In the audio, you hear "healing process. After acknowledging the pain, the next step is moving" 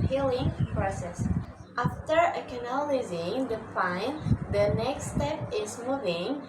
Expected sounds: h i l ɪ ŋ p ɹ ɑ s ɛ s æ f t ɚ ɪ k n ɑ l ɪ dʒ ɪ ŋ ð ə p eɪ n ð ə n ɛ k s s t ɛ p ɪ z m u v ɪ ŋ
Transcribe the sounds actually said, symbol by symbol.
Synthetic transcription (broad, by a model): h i l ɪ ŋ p ɹ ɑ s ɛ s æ f t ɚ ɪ k n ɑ l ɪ z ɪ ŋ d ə f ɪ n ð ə n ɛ k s s t ɛ p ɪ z m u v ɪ ŋ